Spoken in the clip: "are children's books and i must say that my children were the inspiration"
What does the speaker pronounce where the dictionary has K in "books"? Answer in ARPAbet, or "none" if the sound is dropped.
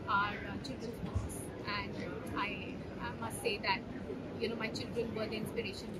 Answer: none